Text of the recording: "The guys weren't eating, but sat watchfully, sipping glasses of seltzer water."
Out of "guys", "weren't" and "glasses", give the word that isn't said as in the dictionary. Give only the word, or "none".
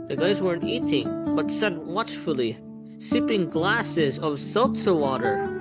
none